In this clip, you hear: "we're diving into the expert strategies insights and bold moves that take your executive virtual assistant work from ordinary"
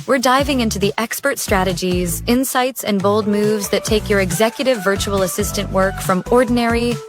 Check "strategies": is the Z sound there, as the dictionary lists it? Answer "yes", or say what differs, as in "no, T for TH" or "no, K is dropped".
yes